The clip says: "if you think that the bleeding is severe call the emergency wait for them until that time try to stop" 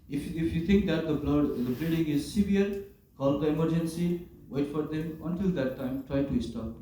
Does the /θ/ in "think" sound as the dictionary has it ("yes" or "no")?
no